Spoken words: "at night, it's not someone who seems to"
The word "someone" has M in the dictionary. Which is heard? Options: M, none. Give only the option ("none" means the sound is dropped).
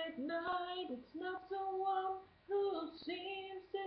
none